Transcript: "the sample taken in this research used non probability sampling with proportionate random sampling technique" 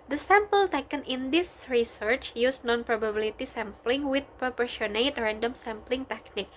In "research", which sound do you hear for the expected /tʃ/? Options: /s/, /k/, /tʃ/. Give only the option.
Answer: /tʃ/